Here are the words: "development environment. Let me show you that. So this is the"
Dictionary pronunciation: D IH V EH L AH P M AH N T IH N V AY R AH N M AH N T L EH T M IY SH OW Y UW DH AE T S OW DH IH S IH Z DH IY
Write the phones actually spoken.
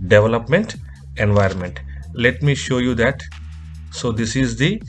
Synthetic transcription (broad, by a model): D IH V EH L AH P M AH N T IH N V AY R AH N M AH N T L EH T M IY SH OW Y UW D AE T S OW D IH S IH Z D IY